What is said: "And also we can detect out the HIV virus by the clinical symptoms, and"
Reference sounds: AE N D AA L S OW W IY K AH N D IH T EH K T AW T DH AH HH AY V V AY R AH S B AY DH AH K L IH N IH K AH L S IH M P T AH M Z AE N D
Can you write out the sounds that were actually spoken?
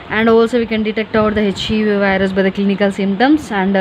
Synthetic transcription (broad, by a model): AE N D AA L S OW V IY K AH N D IH T EH K T AW T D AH HH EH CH V AY R AH S B AY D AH K L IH N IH K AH L S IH M P T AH M S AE N D